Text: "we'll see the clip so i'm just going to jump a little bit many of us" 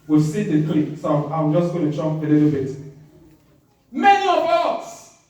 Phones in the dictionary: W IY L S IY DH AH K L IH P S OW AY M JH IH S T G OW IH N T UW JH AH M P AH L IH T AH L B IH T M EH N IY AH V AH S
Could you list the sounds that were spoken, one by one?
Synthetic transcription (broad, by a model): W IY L S IY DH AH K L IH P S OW AY M JH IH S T G OW IH N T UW CH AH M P AH L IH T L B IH T M EH N IY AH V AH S